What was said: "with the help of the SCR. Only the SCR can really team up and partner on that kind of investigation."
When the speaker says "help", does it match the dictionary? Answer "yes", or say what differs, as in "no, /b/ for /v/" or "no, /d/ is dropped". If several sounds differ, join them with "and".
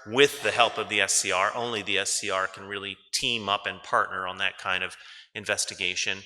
yes